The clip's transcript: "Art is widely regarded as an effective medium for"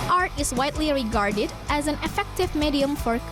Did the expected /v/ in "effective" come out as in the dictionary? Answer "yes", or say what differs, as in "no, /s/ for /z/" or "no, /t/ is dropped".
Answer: yes